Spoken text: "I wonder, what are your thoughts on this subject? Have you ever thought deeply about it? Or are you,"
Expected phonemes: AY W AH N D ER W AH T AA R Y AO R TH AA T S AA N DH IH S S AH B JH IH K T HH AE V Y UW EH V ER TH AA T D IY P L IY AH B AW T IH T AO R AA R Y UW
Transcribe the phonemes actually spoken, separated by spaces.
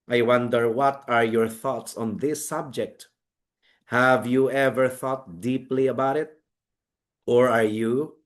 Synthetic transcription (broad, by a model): AY W AH N D ER W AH T AA R Y AO R TH AA T S AA N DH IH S S AH B JH IH K T HH AE V Y UW EH V ER TH AA T D IY P L IY AH B AW T IH T AO R AA R Y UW